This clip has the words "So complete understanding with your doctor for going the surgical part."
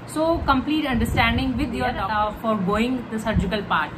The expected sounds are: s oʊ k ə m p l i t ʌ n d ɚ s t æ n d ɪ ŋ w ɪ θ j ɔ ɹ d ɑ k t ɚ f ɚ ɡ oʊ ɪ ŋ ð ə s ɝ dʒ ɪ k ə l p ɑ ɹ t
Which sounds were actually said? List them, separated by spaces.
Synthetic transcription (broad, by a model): s oʊ k ə m p l i t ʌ n d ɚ s t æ n d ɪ ŋ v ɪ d j ɔ ɹ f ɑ t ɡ oʊ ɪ ŋ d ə s ɝ dʒ ɪ k ə l p ɑ ɹ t